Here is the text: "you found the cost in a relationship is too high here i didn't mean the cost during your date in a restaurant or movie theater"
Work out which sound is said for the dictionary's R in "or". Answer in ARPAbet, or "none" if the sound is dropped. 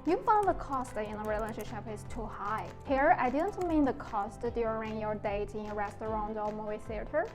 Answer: L